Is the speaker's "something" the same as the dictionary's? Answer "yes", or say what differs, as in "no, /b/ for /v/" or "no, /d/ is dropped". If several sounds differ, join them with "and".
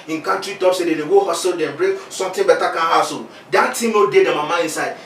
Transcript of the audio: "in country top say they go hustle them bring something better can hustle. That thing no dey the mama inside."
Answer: no, /t/ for /θ/